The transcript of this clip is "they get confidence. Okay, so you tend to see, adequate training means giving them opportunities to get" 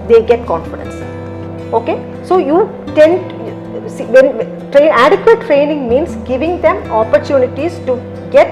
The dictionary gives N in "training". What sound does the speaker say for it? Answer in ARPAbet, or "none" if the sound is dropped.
N